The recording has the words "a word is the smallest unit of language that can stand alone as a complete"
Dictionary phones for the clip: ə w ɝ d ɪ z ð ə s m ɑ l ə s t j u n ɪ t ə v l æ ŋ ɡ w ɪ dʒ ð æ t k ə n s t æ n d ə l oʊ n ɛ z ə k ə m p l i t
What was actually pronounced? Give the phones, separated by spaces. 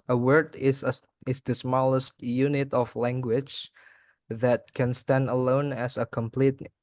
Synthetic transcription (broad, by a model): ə w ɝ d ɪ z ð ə s m ɑ l ə s t j u n ɪ t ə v l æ ŋ ɡ w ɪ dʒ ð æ t k ə n s t æ n d ə l oʊ n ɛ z ə k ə m p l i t